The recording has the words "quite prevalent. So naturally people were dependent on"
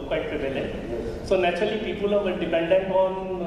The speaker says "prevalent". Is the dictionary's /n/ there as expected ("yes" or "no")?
no